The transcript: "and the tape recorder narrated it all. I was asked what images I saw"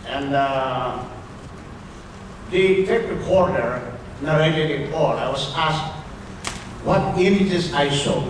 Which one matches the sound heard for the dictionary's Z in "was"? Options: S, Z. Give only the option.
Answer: S